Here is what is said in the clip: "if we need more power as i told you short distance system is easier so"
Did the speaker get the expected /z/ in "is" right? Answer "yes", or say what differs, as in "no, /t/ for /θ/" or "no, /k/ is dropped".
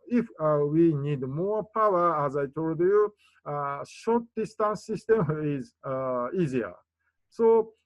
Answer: yes